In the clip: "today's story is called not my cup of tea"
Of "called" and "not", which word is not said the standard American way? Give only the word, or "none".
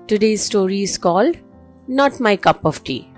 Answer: none